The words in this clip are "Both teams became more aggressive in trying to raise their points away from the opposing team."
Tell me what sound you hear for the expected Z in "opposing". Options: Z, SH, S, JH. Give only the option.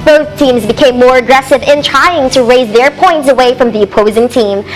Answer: Z